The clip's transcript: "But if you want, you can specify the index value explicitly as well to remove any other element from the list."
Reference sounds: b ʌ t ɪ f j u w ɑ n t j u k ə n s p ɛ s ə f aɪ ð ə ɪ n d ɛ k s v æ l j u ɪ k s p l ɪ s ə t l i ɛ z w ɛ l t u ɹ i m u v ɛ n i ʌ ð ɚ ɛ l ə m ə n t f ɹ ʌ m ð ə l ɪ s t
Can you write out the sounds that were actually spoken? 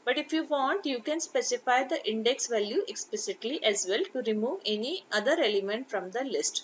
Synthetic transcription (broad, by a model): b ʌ t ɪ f j u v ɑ n t j u k ə n s p ɛ s ə f aɪ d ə ɪ n d ɛ k s v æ l j u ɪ k s p l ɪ s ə t l i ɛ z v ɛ l t u ɹ i m u v ɛ n i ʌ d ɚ ɛ l ə m ə n t f ɹ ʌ m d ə l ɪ s t